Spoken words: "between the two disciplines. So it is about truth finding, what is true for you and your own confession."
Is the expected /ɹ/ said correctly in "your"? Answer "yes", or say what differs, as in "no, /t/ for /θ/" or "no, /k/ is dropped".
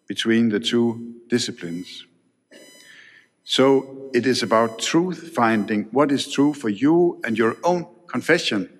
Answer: yes